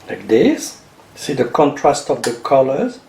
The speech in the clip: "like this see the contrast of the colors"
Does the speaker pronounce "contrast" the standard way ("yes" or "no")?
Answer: yes